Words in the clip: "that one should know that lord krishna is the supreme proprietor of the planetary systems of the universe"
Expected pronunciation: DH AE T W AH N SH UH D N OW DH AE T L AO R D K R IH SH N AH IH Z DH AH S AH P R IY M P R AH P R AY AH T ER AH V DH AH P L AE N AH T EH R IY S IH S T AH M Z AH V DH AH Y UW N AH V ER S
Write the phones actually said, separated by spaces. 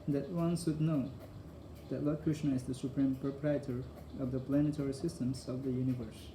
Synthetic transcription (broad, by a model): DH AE T W AH N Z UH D N OW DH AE T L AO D K R IH SH N AH IH Z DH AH S AH P R IY M P R AH P R AY AH T ER AH V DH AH P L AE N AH T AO R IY S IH S T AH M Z AH V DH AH Y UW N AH V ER S